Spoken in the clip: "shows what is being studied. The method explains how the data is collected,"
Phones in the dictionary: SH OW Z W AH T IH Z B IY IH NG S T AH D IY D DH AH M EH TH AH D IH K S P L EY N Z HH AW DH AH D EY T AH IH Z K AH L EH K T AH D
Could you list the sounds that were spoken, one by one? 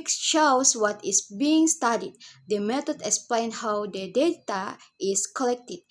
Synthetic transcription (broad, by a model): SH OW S W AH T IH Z B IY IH NG S T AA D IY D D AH M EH T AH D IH K S P L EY N HH AW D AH D EY T AH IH S K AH L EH K T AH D